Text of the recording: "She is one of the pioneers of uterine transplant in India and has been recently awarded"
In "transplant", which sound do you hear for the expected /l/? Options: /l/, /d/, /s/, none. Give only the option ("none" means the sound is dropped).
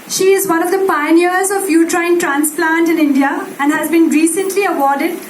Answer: /l/